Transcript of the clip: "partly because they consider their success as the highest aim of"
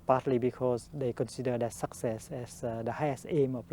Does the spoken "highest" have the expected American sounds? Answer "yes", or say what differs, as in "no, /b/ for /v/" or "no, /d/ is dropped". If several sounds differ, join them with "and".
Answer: no, /t/ is dropped